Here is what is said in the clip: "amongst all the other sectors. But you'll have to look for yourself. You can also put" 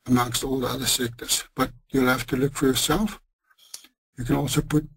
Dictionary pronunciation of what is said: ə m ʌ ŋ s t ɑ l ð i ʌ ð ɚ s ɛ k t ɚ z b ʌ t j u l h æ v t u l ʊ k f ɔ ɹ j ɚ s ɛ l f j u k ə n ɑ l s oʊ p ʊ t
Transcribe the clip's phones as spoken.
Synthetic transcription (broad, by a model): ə m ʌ ŋ s t ɑ l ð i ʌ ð ɚ s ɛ k t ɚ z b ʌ t j u l h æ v t u l ʊ k f ɔ ɹ j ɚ s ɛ l f j u k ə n ɑ l s oʊ p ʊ t